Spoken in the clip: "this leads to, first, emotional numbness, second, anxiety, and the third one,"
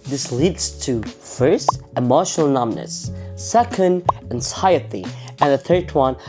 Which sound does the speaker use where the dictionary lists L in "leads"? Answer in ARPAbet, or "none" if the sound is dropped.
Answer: L